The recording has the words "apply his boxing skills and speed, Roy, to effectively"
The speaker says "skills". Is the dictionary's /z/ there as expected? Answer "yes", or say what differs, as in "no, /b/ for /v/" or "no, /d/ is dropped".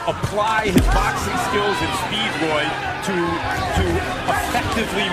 yes